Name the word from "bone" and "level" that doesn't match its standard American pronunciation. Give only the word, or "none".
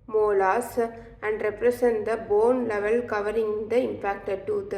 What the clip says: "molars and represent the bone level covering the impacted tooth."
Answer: none